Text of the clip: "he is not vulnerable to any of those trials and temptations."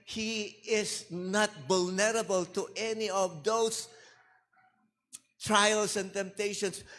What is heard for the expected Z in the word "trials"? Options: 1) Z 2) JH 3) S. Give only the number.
3